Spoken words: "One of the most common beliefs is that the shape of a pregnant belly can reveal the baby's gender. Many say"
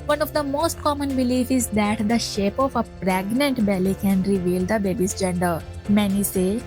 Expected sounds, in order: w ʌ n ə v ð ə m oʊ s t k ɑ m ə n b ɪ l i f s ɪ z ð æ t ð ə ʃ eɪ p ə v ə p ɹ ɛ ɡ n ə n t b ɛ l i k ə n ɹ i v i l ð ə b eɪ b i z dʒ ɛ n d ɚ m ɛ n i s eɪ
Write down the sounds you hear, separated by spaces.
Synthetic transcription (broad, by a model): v ʌ n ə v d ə m oʊ s t k ɑ m ə n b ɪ l i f ɪ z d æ t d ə ʃ eɪ p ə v ə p ɹ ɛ ɡ n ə n t b ɛ l i k ə n ɹ i v i l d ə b eɪ b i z dʒ ɛ n d ɚ m ɛ n i s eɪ